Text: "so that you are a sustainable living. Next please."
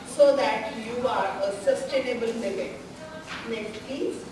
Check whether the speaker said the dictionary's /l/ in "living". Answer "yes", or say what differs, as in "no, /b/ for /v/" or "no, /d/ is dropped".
no, /n/ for /l/